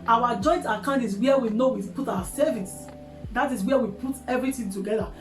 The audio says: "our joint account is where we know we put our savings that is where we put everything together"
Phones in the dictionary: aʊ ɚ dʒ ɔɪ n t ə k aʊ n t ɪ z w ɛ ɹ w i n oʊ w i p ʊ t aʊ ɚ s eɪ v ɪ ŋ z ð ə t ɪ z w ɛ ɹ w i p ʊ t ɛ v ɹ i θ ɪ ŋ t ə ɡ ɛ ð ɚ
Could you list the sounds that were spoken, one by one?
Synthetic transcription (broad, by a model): aʊ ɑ dʒ ɔɪ n t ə k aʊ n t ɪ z w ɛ w i n oʊ w i p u t aʊ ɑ s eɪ v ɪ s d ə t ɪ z w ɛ w i p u t ɛ v ɹ i t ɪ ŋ t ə ɡ ɛ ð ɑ